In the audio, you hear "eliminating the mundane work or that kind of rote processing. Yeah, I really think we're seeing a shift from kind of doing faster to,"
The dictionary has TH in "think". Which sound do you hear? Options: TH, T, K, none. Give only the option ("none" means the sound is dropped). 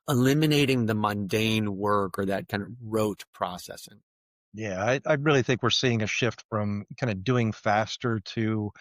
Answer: TH